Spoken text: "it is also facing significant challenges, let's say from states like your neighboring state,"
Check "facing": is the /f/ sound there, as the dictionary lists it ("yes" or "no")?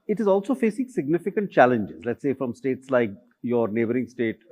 yes